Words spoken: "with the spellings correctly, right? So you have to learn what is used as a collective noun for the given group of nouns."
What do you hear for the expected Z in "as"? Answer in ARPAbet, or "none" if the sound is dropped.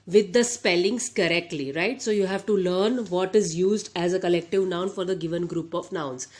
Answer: Z